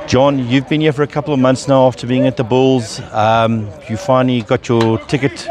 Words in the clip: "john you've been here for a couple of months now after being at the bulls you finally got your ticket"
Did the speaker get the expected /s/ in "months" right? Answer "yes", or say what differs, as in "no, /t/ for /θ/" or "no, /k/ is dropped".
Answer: yes